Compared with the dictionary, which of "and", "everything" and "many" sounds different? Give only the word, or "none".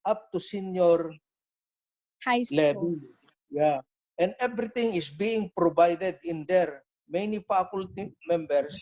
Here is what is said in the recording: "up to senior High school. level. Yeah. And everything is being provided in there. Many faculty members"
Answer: everything